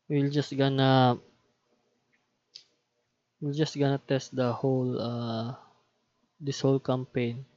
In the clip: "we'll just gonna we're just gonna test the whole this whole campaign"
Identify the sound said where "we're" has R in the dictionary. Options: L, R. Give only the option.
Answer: L